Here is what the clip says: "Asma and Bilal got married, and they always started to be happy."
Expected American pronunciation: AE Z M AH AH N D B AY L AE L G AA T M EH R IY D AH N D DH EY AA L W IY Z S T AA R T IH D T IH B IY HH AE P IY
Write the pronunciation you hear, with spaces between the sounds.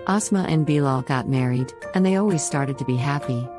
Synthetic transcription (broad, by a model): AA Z M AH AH N B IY L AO G AA T M EH R IY D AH N DH EY AA L W IY Z S T AA R T IH D T IH B IY HH AE P IY